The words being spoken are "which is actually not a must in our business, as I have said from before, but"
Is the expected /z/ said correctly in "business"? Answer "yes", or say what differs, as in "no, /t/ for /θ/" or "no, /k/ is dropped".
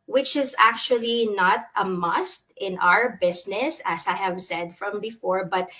no, /s/ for /z/